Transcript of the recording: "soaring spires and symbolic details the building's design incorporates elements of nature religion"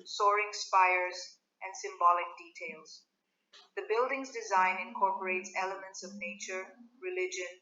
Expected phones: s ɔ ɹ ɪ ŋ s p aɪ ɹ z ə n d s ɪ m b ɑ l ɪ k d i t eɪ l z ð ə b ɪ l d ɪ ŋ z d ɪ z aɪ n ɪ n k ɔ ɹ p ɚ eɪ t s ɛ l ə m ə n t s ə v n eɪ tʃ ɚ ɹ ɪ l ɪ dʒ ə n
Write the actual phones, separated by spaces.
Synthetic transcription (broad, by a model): s ɔ ɹ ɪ ŋ s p aɪ ɹ z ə n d s ɪ m b ɑ l ɪ k d i t eɪ l z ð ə b ɪ l d ɪ ŋ z d ɪ z aɪ n ɪ n k ɔ ɹ p ɚ eɪ t s ɛ l ə m ə n t s ə v n eɪ tʃ ɚ ɹ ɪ l ɪ dʒ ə n